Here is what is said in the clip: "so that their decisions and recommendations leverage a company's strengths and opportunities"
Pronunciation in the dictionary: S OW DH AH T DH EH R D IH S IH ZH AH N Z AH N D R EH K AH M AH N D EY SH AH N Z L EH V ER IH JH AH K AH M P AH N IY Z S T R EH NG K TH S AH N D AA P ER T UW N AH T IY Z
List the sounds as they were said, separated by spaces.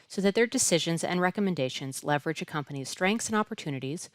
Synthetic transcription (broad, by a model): S OW DH AH T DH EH R D IH S IH ZH AH N Z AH N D R EH K AH M AH N D EY SH AH N Z L EH V ER IH JH AH K AH M P AH N IY Z S T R EH NG K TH S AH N AA P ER T UW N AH T IY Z